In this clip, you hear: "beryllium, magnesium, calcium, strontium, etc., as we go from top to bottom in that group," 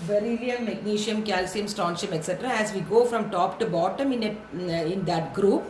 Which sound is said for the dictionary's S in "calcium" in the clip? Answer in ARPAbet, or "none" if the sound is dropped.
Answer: S